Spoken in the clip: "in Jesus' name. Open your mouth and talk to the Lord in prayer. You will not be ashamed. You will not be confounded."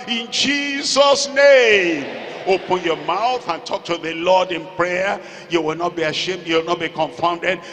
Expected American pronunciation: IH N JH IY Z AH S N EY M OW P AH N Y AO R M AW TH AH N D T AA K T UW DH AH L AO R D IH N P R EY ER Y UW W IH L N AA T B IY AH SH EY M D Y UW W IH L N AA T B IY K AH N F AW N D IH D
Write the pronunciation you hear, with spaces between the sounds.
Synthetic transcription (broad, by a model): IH N JH IY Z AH S N EY M OW P AH N Y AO M AW TH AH N T AA K T UW DH AH L AO D IH N P R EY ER Y UW W IH L N AA T B IY AH SH EY M D Y UW W IH L N AA T B IY K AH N F AW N D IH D